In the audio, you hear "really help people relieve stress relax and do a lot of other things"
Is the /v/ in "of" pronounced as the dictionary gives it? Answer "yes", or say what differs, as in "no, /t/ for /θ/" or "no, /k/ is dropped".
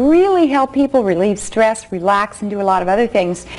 yes